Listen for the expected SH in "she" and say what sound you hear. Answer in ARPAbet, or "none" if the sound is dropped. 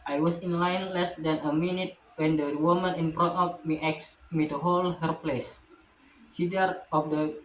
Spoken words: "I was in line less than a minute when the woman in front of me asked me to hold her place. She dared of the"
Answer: S